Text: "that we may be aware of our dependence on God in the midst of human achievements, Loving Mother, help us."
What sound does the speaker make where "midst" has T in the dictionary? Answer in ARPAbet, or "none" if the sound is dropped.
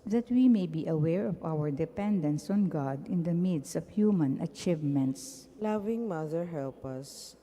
none